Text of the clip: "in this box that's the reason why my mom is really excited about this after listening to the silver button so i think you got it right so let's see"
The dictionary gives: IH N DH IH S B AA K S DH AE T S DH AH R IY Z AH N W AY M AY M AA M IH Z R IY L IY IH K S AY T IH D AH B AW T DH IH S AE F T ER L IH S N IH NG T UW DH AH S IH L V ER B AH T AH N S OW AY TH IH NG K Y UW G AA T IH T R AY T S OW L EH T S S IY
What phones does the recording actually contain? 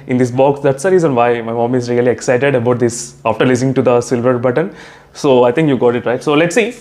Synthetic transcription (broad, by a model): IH N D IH S B AA K S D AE T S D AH R IY Z AH N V AY M AY M AA M IH Z R IY L IY IH K S AY T IH D AH B AW T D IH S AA F T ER L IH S IH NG T UW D AH S IH L V ER B AH T AH N S OW AY T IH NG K Y UW G AA T IH T R AY T S OW L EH T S S IY